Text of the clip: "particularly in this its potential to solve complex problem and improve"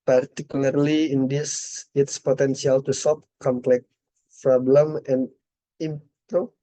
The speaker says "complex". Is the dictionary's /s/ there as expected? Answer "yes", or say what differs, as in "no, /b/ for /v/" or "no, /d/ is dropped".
no, /s/ is dropped